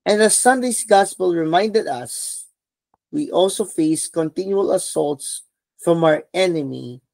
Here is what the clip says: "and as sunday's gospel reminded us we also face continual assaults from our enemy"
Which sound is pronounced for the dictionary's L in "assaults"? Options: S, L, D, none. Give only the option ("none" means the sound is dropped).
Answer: L